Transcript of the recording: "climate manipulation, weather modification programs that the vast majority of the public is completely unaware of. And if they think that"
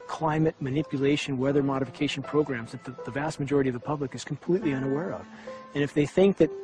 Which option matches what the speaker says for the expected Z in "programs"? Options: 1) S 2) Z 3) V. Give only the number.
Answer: 2